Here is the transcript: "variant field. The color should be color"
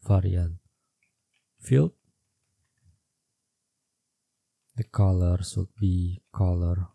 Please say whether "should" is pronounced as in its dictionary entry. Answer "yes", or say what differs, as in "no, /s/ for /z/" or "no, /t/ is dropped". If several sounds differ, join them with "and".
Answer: no, /s/ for /ʃ/